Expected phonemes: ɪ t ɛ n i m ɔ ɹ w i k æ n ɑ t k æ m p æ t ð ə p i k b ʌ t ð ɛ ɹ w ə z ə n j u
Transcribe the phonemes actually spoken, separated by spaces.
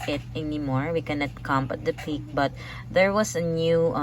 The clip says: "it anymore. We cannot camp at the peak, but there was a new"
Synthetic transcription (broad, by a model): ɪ t ɛ n i m ɔ ɹ w i k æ n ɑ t k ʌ m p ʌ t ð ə p i k b ʌ t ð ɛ ɹ w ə s ə n j u